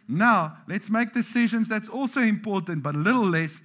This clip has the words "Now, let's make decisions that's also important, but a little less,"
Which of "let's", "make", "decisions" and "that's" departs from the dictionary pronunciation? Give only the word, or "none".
none